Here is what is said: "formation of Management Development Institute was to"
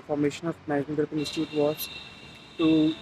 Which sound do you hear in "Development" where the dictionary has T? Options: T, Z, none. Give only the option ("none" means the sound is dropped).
none